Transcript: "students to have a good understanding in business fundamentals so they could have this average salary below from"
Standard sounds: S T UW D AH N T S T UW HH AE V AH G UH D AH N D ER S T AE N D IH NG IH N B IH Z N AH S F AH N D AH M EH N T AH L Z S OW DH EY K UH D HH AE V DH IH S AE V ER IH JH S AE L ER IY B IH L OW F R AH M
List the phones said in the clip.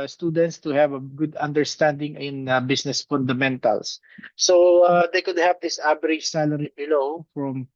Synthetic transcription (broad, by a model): S T UW D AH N T S T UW HH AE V AH G UH D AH N D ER S T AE N D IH NG IH N B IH S N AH S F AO N D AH M EH N T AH L S OW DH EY K UH D HH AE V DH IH S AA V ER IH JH S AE L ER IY B IH L OW F R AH M